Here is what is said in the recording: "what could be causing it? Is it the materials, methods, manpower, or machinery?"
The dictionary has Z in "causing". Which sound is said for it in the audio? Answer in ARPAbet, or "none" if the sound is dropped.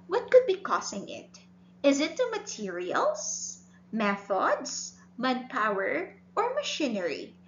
S